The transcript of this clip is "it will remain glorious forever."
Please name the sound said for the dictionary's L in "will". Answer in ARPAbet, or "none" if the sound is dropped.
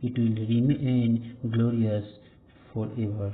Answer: L